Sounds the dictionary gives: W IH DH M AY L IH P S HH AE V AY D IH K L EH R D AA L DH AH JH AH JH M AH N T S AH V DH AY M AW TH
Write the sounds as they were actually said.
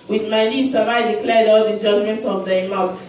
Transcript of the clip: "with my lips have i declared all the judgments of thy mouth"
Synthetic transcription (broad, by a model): W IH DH M AY N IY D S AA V AY D IH K L EH R D AA L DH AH JH AH JH M AH N T S AH V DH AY M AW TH